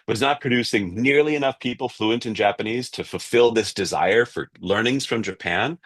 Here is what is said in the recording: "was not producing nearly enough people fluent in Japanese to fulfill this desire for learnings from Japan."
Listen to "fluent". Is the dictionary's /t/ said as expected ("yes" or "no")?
yes